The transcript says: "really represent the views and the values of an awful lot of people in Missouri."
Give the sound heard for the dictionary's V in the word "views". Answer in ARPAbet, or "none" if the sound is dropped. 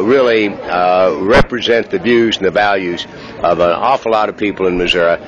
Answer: V